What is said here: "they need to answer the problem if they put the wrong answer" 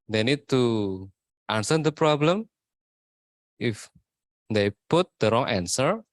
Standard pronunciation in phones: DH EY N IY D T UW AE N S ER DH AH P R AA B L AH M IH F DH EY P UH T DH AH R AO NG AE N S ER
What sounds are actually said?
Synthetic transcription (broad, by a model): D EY N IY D T UW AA N S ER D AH P R AA B L AH M IH F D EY P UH T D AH R AO NG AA N S ER